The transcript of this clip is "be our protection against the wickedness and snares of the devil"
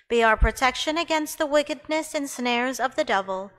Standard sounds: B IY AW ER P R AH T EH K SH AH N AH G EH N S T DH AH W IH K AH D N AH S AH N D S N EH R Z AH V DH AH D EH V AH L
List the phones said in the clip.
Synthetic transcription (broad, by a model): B IY AW ER P R AH T EH K SH AH N AH G EH N S T DH AH W IH K AH D N AH S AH N S N EH R Z AH V DH AH D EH V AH L